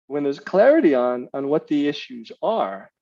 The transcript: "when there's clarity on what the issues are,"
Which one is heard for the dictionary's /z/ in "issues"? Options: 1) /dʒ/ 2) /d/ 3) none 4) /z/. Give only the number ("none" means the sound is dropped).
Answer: 4